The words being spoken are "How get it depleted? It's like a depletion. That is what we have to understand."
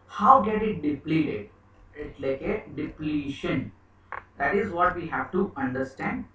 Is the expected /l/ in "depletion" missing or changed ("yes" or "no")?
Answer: no